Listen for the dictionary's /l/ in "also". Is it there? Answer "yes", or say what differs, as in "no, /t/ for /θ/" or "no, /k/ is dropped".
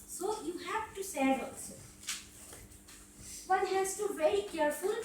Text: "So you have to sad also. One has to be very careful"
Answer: no, /l/ is dropped